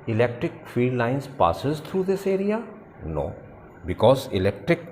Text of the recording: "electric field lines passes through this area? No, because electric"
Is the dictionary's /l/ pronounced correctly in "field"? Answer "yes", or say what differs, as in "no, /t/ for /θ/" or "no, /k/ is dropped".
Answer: no, /l/ is dropped